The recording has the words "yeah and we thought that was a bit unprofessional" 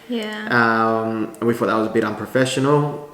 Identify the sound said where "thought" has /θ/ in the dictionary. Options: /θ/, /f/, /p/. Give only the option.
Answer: /f/